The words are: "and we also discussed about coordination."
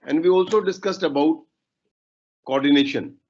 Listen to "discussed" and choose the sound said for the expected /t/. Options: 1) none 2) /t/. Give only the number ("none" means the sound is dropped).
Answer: 2